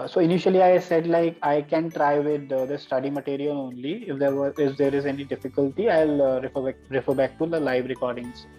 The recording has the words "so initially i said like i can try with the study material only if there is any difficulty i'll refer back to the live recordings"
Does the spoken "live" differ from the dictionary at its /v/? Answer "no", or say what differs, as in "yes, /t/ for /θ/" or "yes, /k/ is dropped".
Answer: no